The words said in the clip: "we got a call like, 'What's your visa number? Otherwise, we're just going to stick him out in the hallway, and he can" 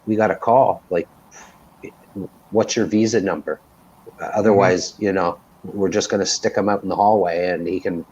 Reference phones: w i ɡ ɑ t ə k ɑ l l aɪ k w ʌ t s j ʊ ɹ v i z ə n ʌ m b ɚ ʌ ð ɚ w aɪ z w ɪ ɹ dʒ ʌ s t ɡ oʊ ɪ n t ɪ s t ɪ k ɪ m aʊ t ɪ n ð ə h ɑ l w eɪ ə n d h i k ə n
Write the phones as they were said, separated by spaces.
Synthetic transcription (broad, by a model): w i ɡ ɑ t ə k ɑ l l aɪ k w ʌ t s j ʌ ɹ v i z ə n ʌ m b ɚ ʌ ð ɚ w aɪ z w ɪ ɹ dʒ ʌ s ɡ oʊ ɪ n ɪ s t ɪ k ɪ m aʊ t n ð ə h ɑ l w eɪ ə n h i k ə n